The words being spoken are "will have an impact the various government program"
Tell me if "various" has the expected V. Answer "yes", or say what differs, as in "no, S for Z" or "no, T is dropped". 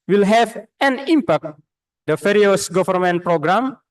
no, F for V